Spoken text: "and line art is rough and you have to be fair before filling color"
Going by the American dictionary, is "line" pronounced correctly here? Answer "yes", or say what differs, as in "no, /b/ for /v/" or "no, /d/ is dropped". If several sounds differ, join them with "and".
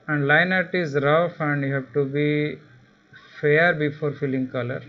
yes